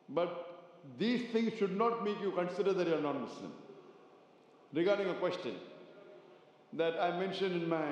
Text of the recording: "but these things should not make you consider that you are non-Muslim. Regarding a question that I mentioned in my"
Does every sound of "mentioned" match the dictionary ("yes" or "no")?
yes